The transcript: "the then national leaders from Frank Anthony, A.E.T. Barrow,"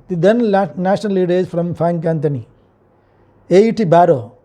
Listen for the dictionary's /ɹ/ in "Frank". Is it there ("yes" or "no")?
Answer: no